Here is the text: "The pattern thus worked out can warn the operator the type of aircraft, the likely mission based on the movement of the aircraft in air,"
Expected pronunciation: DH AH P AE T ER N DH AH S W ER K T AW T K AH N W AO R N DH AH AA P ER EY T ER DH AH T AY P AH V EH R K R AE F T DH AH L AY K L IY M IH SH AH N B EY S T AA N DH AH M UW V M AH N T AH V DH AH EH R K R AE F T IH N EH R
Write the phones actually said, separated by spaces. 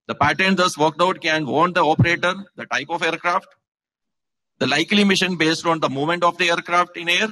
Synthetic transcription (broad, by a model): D AH P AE T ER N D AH S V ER K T AW T K AH N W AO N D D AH AA P ER EY T ER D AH T AY P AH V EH R K R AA F T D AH L AY K L IY M IH SH AH N B EY S T AA N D AH M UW M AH N T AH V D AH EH R K R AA F T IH N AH R